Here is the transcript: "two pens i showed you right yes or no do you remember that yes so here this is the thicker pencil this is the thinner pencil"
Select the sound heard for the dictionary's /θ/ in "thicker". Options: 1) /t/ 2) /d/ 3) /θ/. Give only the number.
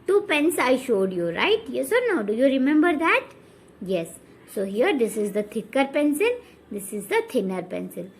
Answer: 1